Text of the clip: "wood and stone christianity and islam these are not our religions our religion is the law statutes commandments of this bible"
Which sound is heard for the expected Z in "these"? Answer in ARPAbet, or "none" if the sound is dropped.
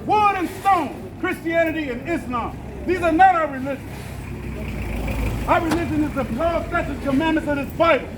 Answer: Z